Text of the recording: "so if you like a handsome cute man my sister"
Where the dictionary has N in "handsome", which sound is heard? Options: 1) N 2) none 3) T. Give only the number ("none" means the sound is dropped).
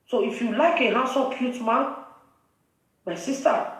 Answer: 2